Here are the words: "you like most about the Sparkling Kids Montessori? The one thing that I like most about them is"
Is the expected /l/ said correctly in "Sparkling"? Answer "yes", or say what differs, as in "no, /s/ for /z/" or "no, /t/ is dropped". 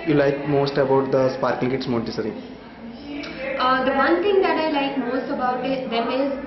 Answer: no, /l/ is dropped